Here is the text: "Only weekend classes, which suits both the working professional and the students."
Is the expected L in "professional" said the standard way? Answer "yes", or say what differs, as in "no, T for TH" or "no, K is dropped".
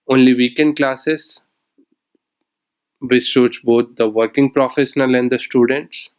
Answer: yes